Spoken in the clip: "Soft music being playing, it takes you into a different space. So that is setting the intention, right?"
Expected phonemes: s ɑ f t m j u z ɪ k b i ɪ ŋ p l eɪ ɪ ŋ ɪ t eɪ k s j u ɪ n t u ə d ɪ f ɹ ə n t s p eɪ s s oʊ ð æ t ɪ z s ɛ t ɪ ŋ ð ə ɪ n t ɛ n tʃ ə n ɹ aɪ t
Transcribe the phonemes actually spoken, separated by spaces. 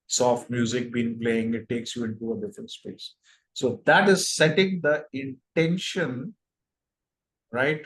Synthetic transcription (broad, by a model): s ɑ f t m j u z ɪ k b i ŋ p l eɪ ɪ ŋ ɪ t eɪ k s j u ɪ n t u ə d ɪ f ɹ ə n t s p eɪ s s oʊ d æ t ɪ z s ɛ t ɪ ŋ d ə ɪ n t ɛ n ʃ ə n ɹ aɪ t